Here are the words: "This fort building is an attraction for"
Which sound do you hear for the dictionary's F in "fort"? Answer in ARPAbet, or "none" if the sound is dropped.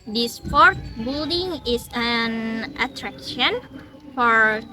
P